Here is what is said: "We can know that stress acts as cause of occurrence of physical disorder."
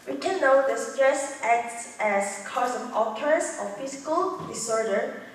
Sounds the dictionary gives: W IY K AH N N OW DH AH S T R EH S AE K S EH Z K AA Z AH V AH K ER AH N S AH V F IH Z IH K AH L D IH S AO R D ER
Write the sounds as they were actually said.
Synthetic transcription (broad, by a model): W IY K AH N N OW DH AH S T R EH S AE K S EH S K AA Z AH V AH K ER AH S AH F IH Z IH K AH L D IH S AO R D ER